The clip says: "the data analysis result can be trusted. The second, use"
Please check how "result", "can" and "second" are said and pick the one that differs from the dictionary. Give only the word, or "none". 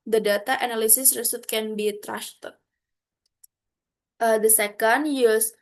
result